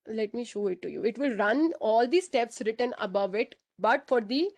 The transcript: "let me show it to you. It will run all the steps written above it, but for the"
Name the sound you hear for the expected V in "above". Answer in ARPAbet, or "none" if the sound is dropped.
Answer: V